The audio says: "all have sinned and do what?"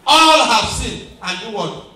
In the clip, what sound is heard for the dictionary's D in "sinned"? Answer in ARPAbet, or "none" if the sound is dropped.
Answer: none